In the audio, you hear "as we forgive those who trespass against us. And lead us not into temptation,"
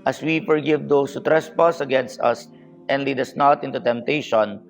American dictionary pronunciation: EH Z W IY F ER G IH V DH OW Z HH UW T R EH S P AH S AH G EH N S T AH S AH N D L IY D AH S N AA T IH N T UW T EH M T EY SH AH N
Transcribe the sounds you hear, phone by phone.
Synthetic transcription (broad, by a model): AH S W IY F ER G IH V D OW S HH UW T R EH S P AH S AH G EH N S T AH S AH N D L IY D AH S N AA T IH N T UW T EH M T EY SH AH N